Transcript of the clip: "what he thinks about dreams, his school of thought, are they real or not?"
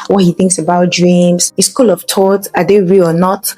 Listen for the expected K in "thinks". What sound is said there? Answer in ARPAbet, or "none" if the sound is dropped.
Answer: K